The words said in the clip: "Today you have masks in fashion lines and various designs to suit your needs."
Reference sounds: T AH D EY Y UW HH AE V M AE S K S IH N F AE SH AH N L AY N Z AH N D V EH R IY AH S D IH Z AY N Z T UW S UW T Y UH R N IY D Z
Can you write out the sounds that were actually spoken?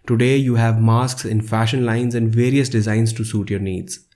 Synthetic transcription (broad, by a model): T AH D EY Y UW HH AE V M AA S K S IH N F AE SH AH N L AY N Z AH N D V EH R IY AH S D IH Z AY N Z T UW S UW T Y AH R N IY D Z